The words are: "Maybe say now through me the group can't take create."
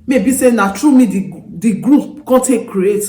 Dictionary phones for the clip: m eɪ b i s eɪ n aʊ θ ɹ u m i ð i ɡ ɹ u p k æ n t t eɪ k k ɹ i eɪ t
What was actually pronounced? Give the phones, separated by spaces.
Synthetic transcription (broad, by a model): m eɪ b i s eɪ n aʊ t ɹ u m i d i ɡ ɹ u p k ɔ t t eɪ k k ɹ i eɪ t